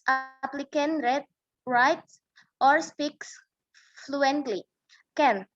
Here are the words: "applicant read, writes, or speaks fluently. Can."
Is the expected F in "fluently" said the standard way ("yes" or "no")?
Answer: yes